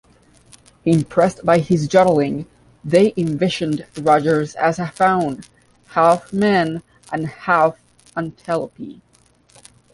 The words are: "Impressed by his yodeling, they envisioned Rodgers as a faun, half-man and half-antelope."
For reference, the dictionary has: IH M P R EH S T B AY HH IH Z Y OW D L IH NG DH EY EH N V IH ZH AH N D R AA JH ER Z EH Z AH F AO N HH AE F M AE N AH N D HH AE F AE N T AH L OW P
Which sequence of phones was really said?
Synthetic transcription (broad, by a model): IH M P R EH S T B AY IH Z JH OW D L IH NG DH EY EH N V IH SH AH N D R AA JH ER Z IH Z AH F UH N HH AE F M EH N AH N HH AE F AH N T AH L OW P